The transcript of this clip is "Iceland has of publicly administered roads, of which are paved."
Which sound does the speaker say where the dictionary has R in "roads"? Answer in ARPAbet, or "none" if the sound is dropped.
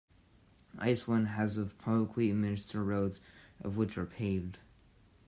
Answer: R